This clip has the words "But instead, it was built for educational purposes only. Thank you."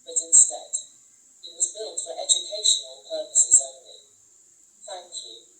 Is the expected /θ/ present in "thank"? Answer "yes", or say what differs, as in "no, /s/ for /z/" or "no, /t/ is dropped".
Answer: yes